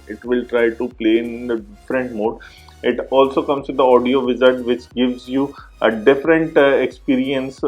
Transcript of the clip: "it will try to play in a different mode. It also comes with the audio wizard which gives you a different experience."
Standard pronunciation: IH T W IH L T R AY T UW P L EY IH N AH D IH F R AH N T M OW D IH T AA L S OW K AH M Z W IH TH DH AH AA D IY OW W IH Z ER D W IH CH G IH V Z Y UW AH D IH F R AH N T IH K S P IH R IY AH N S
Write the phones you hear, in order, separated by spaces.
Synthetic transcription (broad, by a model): IH T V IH L T R AY T UW P L EY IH N AH D IH F R AH N T M OW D IH T AA L S OW K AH M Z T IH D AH AA D IY OW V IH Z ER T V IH CH G IH V Z Y UW AH D IH F R AH N T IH K S P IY R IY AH N S